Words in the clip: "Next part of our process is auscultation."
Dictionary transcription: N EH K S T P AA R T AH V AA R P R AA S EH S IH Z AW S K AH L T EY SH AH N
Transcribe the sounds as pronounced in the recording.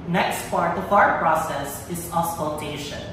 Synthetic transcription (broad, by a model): N EH K S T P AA R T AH F AA R P R AA S EH S IH Z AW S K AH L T EY SH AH N